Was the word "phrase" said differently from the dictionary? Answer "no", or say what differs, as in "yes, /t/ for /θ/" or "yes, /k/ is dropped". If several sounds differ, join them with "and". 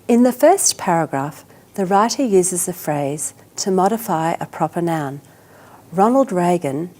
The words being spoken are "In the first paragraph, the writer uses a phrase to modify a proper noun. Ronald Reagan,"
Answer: no